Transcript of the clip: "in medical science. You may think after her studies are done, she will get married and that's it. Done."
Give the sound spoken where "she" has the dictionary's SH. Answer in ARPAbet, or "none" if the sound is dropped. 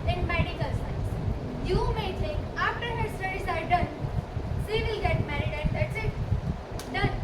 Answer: S